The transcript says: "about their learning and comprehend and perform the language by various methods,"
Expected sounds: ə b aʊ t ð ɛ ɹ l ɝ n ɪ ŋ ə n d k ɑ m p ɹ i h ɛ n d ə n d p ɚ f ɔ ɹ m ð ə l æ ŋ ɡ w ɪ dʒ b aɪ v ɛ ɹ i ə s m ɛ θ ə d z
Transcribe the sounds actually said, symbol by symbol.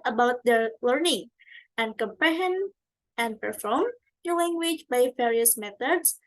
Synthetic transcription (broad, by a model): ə b aʊ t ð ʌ l ɝ n ɪ ŋ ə n k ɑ m p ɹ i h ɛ n ə n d p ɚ f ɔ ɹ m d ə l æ ŋ ɡ w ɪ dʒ b aɪ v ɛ ɹ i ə s m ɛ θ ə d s